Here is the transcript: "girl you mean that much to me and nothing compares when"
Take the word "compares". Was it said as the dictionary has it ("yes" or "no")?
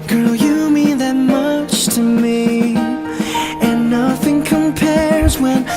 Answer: yes